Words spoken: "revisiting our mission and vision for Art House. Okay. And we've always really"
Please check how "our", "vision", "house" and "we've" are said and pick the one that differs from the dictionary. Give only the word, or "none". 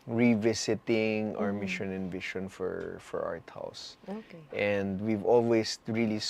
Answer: vision